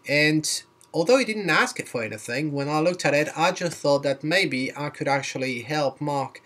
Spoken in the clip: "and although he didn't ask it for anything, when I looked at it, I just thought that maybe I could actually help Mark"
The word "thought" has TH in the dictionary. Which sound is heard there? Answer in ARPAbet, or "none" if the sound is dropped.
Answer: TH